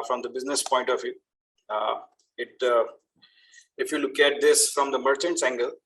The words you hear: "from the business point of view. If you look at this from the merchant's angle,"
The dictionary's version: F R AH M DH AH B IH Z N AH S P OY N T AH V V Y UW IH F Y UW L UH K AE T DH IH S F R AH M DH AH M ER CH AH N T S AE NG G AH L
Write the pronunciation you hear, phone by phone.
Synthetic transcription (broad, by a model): F R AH M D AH B IH Z N AH S P OY N T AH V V Y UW IH F Y UW L UH K AE T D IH S F R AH M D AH M ER CH AH N T S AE NG G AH L